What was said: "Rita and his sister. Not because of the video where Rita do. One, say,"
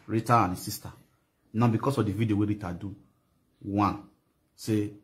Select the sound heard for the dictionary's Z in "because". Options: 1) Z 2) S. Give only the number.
2